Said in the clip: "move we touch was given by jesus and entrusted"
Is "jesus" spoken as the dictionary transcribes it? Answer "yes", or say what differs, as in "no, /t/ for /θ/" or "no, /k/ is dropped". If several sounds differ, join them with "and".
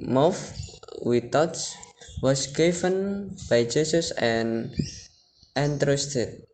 no, /s/ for /z/